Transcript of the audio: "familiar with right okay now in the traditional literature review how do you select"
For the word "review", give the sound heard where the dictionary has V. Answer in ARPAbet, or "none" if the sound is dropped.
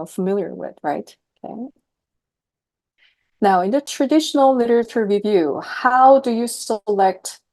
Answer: V